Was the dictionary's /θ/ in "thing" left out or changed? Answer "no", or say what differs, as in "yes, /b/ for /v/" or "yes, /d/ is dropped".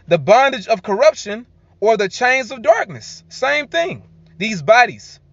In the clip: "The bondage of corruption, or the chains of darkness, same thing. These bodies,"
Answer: no